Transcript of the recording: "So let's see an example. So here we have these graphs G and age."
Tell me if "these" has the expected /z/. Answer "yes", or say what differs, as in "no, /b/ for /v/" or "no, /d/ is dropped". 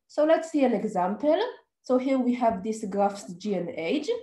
no, /s/ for /z/